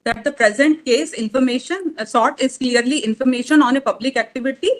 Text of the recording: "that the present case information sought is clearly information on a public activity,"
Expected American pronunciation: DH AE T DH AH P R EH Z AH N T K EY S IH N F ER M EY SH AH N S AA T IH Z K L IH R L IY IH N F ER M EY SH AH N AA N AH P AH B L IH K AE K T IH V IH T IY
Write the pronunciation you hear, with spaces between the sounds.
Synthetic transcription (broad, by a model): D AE T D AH P R EH Z AH N T K EY S IH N F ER M EY SH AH N S AA T IH Z K L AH R L IY IH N F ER M EY SH AH N AA N AH P AH B L IH K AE K T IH V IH T IY